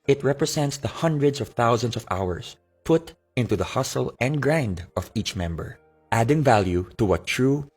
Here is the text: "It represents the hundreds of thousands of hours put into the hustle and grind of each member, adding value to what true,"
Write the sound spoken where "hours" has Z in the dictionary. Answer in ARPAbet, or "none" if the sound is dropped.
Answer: S